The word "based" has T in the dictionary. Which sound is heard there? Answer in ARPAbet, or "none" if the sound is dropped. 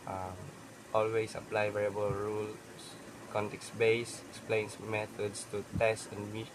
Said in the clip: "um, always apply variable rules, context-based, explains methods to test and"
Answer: none